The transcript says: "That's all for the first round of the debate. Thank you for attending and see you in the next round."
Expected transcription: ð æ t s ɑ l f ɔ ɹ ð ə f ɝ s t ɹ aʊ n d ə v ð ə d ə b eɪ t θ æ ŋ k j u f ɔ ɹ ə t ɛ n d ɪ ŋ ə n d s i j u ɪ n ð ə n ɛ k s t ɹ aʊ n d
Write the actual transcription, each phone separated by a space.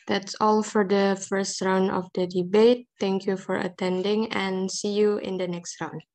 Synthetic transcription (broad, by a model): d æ t s ɑ l f ɔ ɹ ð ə f ɝ s t ɹ aʊ n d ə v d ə d ə b eɪ t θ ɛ ŋ k j u f ɔ ɹ ə t ɛ n d ɪ ŋ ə n s i j u ɪ n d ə n ɛ k s t ɹ aʊ n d